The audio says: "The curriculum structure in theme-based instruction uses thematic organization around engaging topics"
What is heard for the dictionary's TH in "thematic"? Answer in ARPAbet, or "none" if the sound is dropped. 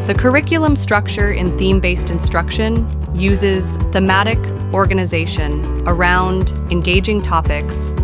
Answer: TH